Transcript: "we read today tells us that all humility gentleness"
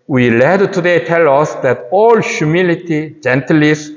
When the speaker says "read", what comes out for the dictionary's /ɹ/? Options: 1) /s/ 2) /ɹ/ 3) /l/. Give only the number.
3